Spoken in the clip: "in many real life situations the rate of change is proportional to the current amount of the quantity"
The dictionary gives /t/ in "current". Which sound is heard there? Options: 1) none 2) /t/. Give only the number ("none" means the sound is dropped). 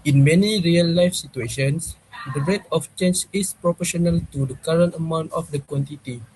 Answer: 2